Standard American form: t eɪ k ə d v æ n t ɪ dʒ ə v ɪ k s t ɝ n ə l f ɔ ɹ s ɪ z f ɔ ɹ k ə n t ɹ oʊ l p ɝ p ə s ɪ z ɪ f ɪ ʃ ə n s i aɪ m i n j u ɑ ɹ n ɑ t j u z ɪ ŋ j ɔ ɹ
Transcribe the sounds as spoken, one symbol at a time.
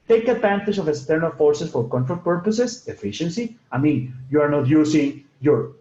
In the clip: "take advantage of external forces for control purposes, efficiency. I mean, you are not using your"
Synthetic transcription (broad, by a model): t eɪ k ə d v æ n t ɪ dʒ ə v ɪ k s t ɝ n ə l f ɔ ɹ s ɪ s f ɔ ɹ k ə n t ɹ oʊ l p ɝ p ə s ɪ s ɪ f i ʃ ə n s i aɪ m i n j u ɑ ɹ n ɑ t j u s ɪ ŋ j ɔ ɹ